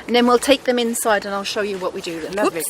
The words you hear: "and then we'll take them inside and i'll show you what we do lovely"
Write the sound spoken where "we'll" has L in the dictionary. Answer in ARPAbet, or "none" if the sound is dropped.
L